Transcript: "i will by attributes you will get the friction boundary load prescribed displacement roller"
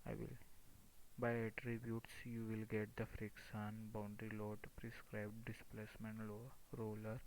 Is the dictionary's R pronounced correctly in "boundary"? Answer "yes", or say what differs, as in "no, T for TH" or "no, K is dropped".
yes